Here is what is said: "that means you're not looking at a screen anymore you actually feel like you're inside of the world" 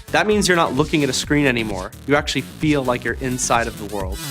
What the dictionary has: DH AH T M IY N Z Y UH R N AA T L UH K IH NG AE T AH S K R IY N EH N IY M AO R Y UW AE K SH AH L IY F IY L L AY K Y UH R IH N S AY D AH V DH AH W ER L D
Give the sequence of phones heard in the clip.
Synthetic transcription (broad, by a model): DH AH T M IY N Z Y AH R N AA T L UH K IH NG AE T AH S K R IY N EH N IY M AO R Y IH AE K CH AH L IY F IY L L AY K Y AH R IH N S AY D AH V DH AH W ER L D